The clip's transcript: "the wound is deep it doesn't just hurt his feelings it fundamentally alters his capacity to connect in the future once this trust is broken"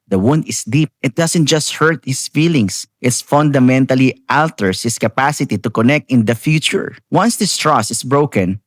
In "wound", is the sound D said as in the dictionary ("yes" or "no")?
yes